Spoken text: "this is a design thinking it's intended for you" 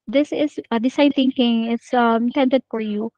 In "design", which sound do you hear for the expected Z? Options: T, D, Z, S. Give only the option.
S